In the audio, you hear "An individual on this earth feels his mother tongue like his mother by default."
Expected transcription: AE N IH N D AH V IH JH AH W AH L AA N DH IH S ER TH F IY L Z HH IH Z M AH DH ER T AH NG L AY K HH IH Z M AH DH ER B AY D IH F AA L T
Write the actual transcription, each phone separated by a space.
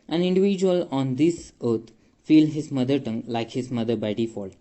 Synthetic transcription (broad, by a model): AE N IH N D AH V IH JH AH AH L AA N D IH S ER T F IY L HH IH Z M AH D ER T AH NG L AY K HH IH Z M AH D ER B AY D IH F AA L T